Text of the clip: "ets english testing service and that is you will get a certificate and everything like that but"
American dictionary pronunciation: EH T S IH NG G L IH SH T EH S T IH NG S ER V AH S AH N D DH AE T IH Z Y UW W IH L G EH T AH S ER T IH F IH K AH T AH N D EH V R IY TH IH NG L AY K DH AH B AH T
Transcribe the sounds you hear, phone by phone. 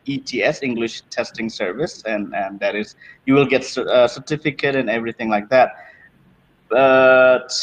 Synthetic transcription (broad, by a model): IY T S IH NG G L IH SH T EH S T IH NG S ER V AH S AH N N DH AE T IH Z Y UW W IH L G EH T AH S ER T IH F IH K AH T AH N EH V R IY TH IH NG L AY K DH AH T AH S